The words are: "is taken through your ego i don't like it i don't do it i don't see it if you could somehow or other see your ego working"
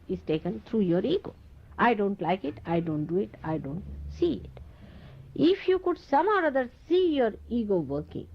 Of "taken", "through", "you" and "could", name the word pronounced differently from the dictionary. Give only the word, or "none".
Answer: through